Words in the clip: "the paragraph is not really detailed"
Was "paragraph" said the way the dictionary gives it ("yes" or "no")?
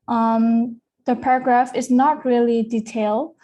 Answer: yes